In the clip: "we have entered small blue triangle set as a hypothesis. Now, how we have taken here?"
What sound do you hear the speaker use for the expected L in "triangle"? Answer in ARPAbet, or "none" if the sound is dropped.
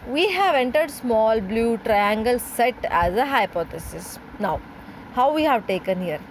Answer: L